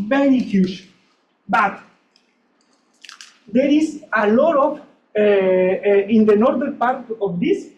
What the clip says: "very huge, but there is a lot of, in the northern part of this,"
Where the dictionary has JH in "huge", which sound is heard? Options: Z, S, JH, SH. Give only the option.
SH